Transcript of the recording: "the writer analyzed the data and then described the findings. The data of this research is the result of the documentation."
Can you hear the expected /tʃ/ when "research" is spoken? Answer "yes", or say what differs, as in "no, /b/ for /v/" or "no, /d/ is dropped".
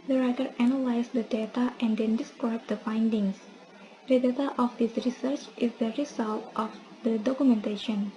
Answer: yes